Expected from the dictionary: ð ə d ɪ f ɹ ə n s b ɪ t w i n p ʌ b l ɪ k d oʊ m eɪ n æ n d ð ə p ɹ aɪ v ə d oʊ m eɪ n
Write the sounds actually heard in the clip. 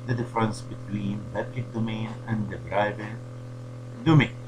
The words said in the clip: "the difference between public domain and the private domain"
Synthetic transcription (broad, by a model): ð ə d ɪ f ɹ ə n s b ɪ t w i n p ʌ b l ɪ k d oʊ m eɪ n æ n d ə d ɹ aɪ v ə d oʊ m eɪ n